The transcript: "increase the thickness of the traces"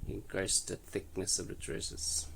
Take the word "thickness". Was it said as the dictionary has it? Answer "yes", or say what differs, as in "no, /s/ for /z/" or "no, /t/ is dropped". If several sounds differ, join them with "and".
yes